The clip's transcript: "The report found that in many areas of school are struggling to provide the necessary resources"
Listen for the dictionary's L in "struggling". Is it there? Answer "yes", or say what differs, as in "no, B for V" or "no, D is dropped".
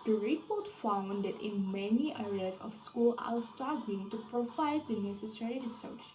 no, L is dropped